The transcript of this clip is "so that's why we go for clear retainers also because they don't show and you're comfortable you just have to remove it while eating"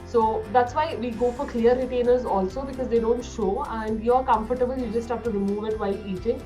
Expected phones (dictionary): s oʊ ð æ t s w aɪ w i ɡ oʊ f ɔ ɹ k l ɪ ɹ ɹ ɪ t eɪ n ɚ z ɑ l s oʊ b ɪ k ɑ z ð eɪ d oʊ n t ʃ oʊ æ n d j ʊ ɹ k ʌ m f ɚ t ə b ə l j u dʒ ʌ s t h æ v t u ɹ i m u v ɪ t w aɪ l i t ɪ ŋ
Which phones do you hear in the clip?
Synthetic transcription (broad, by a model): s oʊ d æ t s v aɪ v i ɡ oʊ f ɔ ɹ k l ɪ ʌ ɹ ɪ t eɪ n ɚ z ɑ l s oʊ b ɪ k ɑ z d eɪ d oʊ n t ʃ oʊ æ n d j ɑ ɹ k ʌ m f ɚ t ə b ə l j u dʒ ʌ s t h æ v t u ɹ i m u v ɪ t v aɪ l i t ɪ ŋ